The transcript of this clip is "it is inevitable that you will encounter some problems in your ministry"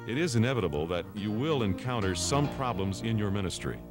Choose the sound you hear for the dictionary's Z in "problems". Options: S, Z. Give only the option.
Z